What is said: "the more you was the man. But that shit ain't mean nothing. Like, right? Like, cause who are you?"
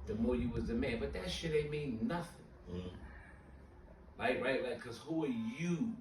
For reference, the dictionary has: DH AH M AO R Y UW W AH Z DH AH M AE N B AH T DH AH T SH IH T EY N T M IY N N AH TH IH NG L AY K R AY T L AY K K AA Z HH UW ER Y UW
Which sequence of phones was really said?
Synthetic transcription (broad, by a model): DH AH M AO R Y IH W AH Z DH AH M AE N B AH T DH AH T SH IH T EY M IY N N AH TH IH NG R AY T R AY T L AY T K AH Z HH UW ER Y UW